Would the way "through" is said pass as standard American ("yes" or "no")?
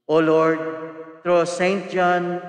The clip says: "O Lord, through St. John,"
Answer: no